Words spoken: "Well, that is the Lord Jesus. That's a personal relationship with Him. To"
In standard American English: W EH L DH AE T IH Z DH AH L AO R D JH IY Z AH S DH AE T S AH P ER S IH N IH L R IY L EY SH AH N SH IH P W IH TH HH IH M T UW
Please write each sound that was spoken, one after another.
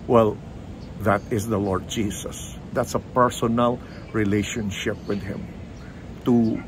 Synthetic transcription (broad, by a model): W EH L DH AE T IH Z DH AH L AO R D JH IY S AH S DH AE T S AH P ER S IH N IH L R IY L EY SH AH N SH IH P W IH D HH IH M T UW